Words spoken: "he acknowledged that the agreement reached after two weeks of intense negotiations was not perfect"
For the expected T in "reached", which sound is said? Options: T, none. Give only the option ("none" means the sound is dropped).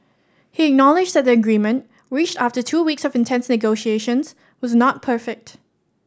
T